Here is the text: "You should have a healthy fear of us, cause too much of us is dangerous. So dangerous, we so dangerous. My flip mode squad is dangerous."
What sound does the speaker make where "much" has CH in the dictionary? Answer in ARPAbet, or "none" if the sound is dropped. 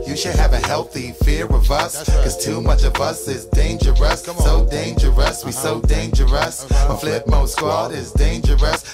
CH